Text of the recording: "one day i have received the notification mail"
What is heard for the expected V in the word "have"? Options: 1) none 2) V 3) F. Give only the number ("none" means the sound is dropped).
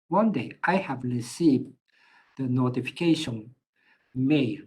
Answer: 2